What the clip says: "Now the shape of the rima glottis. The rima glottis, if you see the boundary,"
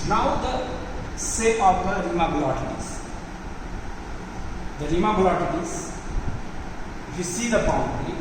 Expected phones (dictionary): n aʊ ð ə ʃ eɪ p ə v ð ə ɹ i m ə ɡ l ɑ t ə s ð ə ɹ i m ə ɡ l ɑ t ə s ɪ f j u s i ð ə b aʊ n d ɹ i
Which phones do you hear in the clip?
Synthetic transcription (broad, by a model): n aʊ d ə s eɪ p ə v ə ɹ i m ə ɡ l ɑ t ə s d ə ɹ i m ə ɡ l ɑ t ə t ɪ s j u s i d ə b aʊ n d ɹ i